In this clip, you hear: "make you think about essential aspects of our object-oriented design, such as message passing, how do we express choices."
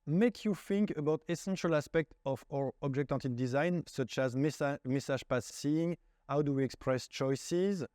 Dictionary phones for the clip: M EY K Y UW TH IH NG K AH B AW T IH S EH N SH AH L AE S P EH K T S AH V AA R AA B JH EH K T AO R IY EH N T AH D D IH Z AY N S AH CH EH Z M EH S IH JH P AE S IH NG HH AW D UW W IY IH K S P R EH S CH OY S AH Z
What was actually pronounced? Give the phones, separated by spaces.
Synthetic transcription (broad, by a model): M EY K Y UW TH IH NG K AH B AW T IH S EH N SH AH L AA S P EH K T AH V AA R AA B JH EH K T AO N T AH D D IH Z AY N S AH CH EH S M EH S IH ZH P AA S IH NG HH AW D UW W IY IH K S P R EH S CH OY S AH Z